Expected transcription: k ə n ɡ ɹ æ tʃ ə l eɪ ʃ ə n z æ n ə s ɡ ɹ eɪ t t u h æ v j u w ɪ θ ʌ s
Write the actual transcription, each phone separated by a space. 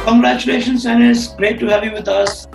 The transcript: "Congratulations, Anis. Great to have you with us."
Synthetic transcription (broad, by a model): k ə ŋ ɡ ɹ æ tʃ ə l eɪ ʃ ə n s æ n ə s ɡ ɹ eɪ t t u h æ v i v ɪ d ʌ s